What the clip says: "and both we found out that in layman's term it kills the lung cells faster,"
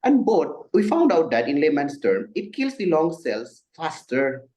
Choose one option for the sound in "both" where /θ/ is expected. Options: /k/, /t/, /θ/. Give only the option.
/t/